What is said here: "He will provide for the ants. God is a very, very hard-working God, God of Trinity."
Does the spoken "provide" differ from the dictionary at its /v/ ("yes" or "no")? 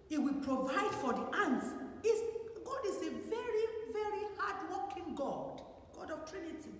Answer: no